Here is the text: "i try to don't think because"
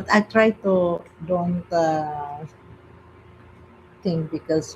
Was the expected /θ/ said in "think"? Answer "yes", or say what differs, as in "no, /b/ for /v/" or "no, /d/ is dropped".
no, /t/ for /θ/